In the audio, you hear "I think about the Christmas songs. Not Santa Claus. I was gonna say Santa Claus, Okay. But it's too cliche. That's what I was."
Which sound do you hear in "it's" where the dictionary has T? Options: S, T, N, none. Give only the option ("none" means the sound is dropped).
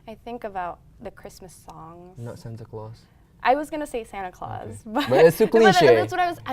S